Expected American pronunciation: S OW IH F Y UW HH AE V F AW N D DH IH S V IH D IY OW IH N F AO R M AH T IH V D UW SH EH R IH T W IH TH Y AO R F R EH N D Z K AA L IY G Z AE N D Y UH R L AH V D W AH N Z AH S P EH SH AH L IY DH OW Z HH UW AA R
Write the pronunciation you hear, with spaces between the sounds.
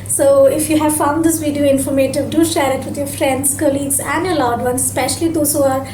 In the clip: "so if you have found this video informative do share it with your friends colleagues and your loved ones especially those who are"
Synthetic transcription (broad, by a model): S OW IH F Y UW HH AE V F AW N D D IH S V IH D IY OW IH N F AO R M AH T IH V D UW SH EH R IH T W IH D Y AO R F R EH N D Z K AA L IY G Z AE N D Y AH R L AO D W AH N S S P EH SH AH L IY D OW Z HH UW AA R